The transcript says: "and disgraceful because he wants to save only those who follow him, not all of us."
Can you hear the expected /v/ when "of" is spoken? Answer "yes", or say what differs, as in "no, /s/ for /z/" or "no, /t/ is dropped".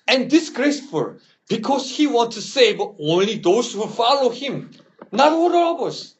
no, /b/ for /v/